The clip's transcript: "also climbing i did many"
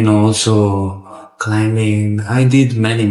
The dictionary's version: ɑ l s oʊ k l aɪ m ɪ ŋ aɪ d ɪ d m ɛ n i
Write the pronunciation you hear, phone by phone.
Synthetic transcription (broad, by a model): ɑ l s oʊ k l aɪ m ɪ ŋ aɪ d ɪ d m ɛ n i